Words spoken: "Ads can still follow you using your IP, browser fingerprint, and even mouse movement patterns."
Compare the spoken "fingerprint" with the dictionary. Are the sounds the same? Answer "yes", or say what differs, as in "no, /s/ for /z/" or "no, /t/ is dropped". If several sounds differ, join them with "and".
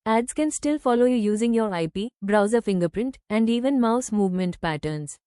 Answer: yes